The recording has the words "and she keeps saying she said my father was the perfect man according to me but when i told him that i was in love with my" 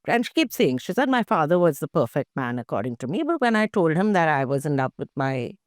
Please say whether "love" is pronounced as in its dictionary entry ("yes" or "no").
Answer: no